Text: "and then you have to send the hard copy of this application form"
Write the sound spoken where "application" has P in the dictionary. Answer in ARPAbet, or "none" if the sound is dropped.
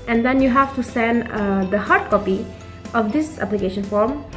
P